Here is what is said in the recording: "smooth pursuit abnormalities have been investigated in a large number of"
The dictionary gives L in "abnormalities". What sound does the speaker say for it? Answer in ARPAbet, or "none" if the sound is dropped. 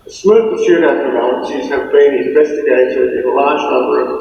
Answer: none